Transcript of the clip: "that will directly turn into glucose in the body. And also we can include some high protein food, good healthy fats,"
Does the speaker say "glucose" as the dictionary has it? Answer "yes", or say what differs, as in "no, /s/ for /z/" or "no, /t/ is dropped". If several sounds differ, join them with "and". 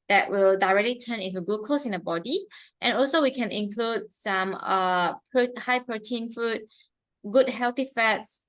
no, /l/ is dropped